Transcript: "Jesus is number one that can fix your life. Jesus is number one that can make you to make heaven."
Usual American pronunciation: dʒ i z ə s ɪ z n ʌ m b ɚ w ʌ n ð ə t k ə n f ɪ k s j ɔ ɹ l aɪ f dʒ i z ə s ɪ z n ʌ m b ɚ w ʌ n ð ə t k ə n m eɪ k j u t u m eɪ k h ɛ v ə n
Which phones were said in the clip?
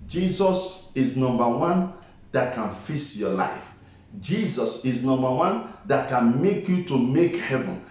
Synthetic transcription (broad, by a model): dʒ i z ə s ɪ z n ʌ m b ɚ w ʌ n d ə t k ə n f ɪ s j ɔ l aɪ f dʒ i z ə s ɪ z n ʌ m b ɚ w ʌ n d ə t k ə n m eɪ k j u t u m eɪ k h ɛ v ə n